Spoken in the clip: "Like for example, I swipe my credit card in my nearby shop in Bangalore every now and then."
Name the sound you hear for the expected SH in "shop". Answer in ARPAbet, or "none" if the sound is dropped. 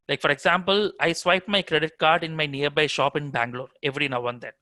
SH